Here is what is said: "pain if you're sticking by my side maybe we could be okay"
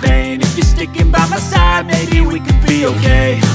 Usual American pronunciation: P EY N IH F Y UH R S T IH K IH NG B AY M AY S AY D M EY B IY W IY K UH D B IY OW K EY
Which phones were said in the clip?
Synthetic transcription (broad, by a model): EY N IH F Y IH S T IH K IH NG B AY M AY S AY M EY IY W IY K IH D B IY OW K EY